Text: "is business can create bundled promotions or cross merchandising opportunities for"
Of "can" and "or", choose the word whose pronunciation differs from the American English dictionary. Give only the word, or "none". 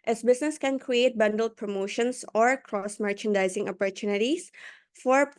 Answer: none